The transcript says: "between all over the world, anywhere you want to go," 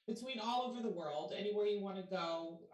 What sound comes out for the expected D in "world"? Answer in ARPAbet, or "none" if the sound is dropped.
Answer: D